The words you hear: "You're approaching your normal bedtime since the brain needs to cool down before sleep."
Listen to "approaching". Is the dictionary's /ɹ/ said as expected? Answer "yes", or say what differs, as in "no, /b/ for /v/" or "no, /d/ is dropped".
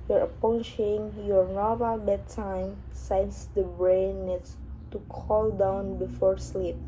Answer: no, /ɹ/ is dropped